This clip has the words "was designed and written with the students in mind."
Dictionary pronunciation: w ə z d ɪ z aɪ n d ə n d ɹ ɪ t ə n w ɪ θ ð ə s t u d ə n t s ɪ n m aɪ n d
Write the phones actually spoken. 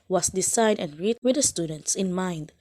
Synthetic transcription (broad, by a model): w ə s d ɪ s aɪ d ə n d ɹ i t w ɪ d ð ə s t u d ə n t s ɪ n m aɪ n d